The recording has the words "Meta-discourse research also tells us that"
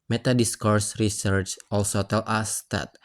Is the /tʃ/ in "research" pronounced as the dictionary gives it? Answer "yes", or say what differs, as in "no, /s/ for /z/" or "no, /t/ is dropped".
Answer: yes